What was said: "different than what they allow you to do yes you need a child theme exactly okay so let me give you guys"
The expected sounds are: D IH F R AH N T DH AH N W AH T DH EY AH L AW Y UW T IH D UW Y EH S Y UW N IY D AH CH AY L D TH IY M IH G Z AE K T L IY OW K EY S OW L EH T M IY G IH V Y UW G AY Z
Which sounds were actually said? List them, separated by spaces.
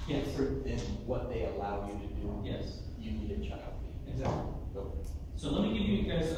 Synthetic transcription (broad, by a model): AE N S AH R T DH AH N W AH T DH EY AH L AW Y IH T IH D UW Y EH S Y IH N IY D AH CH AY L D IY IH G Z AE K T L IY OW UH S OW L EH T M IY G IH V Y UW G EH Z